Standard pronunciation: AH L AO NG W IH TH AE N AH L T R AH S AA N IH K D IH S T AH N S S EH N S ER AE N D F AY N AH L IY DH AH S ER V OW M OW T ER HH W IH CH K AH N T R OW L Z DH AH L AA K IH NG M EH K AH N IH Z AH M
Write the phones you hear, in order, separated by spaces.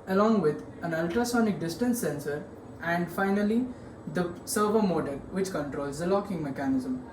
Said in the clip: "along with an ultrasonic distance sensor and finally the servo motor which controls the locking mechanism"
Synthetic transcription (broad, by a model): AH L AO NG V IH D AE N AH L T R AH S AA N IH K D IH S T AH N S S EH N S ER AE N D F AY N AH L IY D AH S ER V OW M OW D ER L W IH CH K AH N T R OW L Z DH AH L AA K IH NG M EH K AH N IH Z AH M